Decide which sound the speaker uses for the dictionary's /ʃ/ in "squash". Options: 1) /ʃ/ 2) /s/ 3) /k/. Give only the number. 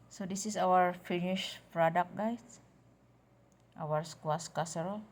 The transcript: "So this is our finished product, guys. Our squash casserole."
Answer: 2